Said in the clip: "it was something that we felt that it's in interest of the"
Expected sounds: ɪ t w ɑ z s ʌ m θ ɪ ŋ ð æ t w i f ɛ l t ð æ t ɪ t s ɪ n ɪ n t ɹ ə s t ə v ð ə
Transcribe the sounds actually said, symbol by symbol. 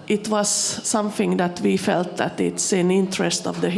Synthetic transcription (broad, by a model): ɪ t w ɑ s ʌ m θ ɪ ŋ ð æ t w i f ɛ l t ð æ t ɪ t s ɪ n ɪ n t ɹ ə s t ə v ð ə